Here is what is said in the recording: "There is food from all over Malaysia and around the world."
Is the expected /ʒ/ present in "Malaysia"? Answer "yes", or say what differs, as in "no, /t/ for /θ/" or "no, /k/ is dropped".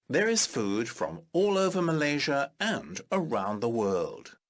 yes